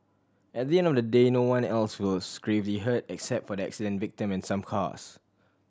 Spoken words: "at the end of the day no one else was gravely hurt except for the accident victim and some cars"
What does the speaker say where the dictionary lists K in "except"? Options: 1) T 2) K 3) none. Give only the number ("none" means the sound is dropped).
2